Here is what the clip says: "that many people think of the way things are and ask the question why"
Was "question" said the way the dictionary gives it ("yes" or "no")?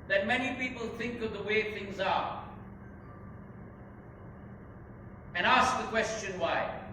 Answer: yes